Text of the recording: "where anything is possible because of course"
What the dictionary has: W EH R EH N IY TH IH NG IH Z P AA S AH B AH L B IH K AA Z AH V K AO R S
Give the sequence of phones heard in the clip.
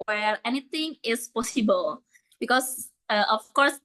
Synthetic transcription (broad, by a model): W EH R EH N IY T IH NG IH S P AA S AH B AH L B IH K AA S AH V K AO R S